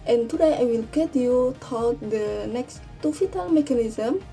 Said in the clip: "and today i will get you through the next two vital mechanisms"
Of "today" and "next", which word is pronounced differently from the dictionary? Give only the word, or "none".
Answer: none